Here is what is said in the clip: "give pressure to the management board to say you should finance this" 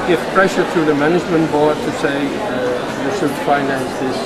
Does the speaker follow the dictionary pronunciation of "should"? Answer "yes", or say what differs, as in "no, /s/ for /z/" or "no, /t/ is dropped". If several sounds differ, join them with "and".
no, /s/ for /ʃ/